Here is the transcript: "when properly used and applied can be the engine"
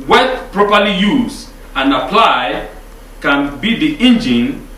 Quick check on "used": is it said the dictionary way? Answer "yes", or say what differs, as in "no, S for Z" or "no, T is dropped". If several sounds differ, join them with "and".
no, D is dropped